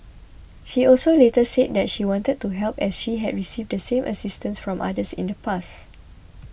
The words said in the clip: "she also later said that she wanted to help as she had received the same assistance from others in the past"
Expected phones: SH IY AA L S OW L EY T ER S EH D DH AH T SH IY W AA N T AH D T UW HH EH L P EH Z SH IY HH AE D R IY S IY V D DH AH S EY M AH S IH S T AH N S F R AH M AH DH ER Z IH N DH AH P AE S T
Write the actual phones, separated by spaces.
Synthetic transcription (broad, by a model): SH IY AA L S OW L EY T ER S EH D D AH T SH IY W AA N T AH D T UW HH EH L P EH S SH IY HH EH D R IY S IY V D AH S EY M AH S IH S T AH N S F R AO M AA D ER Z IH N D AH P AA S